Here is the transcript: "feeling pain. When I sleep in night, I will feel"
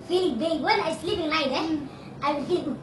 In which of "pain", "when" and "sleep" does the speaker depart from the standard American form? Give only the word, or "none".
pain